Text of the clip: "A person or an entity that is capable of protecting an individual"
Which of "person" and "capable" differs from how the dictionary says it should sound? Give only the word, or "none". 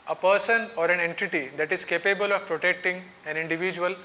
none